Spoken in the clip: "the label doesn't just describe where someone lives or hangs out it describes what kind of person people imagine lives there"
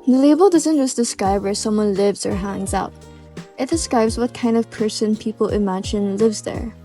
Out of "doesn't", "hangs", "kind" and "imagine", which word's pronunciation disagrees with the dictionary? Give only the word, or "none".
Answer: none